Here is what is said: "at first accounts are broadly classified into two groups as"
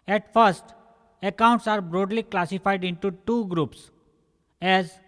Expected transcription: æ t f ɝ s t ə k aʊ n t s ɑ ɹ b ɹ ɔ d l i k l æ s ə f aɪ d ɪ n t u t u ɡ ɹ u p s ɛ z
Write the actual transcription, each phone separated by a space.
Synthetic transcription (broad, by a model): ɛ t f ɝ s t ə k aʊ n t s ɑ ɹ b ɹ ɔ d l i k l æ s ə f aɪ d ɪ n t u t u ɡ ɹ u p s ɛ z